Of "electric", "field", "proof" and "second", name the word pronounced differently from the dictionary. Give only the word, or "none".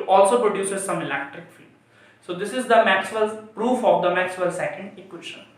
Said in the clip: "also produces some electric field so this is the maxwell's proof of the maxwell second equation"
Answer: field